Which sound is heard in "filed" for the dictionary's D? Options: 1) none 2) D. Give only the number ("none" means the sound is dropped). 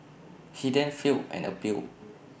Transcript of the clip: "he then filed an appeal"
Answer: 1